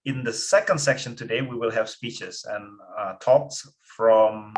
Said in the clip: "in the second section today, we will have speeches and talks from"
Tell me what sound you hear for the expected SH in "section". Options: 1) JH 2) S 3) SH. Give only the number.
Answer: 3